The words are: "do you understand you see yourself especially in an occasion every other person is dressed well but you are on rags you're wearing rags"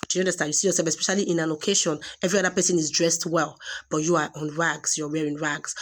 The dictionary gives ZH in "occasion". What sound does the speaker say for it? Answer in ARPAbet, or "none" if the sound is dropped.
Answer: SH